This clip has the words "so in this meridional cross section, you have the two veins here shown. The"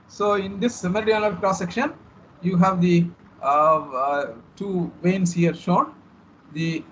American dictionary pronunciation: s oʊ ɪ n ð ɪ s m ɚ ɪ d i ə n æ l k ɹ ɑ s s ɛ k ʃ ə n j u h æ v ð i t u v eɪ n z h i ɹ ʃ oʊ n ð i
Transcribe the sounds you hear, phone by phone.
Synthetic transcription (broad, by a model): s oʊ ɪ n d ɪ s m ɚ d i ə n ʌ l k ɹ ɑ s s ɛ k ʃ ə n j u h æ v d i t u v eɪ n s h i ɹ ʃ oʊ n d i